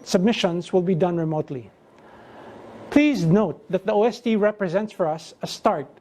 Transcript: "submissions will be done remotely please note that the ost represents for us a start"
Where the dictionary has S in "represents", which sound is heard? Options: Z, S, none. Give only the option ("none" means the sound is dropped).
S